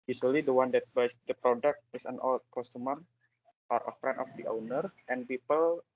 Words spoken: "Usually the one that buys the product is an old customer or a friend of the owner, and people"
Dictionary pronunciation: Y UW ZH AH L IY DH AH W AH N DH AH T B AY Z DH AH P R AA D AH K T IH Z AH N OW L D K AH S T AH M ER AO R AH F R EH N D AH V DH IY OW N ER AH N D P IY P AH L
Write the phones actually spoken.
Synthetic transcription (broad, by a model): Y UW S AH L IY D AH W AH N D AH T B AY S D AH P R AA D AH K T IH S AH N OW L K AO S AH M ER AO R AH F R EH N AH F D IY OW N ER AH N P IY P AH L